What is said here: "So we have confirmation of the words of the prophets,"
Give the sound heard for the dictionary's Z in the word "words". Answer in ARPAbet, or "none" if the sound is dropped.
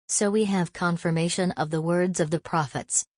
Z